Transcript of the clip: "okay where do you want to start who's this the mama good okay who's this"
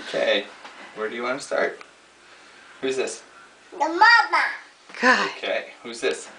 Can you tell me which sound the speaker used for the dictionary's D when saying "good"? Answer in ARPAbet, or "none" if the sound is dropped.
none